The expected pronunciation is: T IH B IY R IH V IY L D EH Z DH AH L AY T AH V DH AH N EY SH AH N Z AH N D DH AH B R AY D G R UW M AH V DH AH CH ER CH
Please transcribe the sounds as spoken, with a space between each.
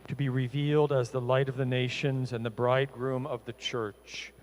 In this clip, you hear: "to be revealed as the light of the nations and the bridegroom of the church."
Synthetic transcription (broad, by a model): T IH B IY R IH V IY L D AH Z DH AH L AY T AH V DH AH N EY SH AH N Z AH N DH AH B R AY D G R UW M AH V DH AH CH ER CH